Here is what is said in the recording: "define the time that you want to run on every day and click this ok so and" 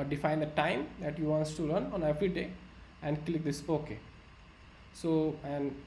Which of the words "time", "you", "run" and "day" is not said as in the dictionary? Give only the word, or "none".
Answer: run